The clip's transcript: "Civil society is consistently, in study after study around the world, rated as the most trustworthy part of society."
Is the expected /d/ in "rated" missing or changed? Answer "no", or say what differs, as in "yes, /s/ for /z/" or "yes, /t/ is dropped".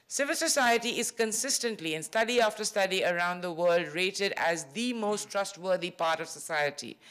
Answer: no